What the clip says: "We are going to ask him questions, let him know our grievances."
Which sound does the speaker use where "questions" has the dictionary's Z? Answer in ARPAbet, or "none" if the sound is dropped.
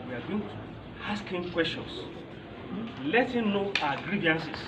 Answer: S